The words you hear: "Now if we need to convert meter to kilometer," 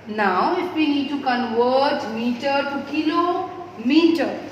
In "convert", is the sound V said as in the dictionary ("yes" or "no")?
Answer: no